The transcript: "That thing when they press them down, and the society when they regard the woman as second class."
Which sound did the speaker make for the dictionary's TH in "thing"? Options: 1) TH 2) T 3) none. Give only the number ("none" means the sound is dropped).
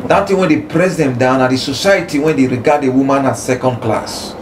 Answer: 2